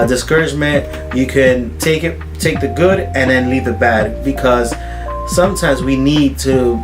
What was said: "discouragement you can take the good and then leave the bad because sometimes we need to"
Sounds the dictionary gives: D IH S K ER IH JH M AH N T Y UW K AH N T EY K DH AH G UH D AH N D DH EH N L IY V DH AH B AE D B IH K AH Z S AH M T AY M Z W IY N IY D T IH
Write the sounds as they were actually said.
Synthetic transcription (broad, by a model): D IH S K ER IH JH M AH N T Y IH K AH N T EY K DH AH G UH D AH N DH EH N L IY V DH AH B AE D B IH K AH Z S AH M T AY M Z W IY N IY D T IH